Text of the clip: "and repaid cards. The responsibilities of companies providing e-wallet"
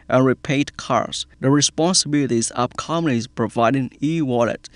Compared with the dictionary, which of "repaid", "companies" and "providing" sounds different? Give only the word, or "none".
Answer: companies